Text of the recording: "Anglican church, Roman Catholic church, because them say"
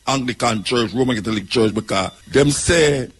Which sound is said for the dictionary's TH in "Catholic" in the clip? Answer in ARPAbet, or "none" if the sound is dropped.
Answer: T